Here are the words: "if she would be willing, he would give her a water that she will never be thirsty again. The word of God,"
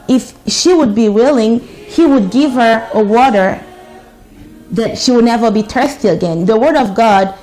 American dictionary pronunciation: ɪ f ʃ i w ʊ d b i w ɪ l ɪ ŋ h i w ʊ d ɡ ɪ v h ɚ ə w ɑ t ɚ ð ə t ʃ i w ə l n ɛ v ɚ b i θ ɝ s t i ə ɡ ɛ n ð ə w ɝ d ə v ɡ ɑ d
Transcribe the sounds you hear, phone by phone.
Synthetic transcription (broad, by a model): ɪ f ʃ i w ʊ d b i w ɪ l ɪ ŋ h i w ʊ d ɡ ɪ v h ɚ ə w ɑ t ɚ ð ə t ʃ i w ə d n ɛ v ɚ b i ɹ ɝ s t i ə ɡ ɛ n ð ə w ɝ d ə v ɡ ɑ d